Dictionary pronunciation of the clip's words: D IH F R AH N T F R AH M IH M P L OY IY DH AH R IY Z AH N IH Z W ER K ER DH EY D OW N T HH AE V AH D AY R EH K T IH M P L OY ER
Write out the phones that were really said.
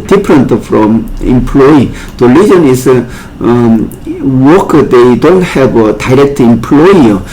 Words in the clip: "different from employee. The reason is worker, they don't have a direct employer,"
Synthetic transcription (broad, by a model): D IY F R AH N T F R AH M IH M P L OY IY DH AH L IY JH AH N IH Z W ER K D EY D OW N T HH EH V AH D AY R EH K T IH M P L OY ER